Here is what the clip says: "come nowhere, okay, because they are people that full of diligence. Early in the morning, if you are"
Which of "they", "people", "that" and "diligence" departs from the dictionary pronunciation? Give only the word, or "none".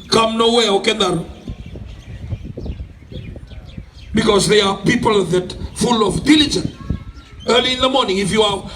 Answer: diligence